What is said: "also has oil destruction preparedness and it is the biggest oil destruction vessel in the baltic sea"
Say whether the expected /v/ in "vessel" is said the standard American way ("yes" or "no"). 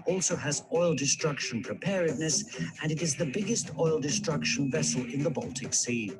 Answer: yes